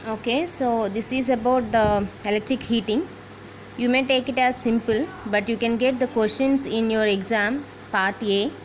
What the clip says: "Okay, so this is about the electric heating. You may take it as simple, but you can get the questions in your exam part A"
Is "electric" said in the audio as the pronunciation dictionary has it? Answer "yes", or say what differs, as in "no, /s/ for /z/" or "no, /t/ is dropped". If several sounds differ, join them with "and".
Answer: yes